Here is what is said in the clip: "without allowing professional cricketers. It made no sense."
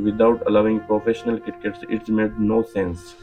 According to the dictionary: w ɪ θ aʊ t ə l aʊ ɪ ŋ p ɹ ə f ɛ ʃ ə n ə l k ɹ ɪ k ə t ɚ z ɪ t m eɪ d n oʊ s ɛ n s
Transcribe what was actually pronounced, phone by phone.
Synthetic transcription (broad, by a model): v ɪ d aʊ t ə l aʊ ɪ ŋ p ɹ ə f ɛ ʃ ə n ə l k ɪ k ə t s ɪ t m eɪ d n oʊ s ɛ n s